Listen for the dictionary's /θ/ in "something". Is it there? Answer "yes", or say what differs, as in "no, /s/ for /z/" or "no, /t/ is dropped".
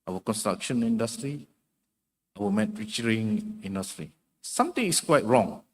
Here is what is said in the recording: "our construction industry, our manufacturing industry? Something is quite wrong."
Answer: no, /t/ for /θ/